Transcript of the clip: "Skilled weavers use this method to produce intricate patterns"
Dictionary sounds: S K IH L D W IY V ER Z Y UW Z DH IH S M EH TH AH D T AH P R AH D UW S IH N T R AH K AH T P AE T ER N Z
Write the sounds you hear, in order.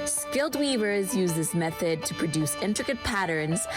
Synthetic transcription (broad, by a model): S K IH L D W IY V ER Z Y UW Z DH IH S M EH TH AH D T AH P R AH D UW S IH N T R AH K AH T P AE T ER N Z